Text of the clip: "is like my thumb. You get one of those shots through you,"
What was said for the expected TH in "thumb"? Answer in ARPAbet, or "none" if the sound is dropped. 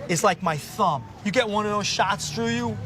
TH